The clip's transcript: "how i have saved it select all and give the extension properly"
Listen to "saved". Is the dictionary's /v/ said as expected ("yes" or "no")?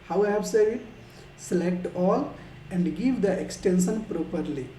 no